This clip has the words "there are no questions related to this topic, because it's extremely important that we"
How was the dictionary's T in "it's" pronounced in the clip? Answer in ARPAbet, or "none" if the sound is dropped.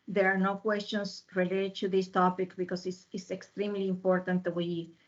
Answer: S